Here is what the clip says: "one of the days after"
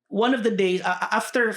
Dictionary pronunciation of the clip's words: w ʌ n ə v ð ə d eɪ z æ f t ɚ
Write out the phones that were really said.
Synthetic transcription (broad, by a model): w ʌ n ə v ð ə d eɪ z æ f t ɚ